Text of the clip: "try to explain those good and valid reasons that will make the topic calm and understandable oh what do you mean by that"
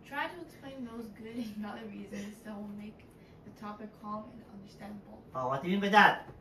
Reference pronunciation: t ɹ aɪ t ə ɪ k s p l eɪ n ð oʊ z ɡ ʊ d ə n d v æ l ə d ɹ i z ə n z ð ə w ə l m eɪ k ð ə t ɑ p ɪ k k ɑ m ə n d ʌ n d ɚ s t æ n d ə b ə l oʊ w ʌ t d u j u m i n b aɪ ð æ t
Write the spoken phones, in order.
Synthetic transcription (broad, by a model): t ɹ aɪ t ə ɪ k s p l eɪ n ð oʊ z ɡ ʊ d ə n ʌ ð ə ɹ ɹ i z ə n z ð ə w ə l m eɪ k ð ə t ɑ p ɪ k k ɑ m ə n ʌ n d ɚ s t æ n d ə b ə l oʊ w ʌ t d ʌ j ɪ m i n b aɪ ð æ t